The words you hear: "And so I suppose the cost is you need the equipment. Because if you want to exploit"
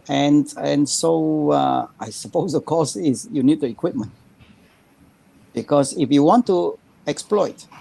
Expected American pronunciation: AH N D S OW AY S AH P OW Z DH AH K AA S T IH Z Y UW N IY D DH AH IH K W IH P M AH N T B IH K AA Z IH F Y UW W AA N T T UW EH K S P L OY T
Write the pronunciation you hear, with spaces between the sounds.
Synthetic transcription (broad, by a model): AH N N S OW AY S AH P OW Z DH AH K AA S IH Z Y UW N IY D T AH IH K W IH P M AH N T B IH K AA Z IH F Y UW W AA N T T UW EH K S P L OY T